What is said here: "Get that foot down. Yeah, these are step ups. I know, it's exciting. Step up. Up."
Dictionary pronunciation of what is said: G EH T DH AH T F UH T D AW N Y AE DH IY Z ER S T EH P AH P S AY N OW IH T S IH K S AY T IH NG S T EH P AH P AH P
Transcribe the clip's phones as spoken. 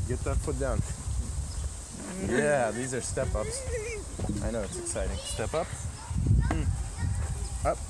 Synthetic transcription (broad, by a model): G EH T DH AH T P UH T D AW N Y AE DH IY Z ER S T EH P AH P S AY N OW IH T S IH K S AY T IH NG S T EH P AH P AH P